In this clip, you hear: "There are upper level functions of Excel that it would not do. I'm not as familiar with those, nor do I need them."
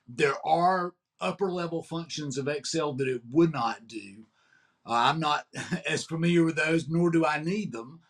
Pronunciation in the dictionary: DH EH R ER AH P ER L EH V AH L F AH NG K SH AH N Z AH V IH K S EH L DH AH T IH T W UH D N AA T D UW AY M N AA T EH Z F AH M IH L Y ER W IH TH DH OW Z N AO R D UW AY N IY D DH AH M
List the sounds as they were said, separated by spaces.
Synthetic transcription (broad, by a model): DH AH R ER AH P ER L EH V L F AH NG K SH AH N Z AH V IH K S EH L DH AH T IH T W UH D N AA T D UW AY M N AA T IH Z F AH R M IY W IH DH OW Z N AO R D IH AY N IY D DH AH M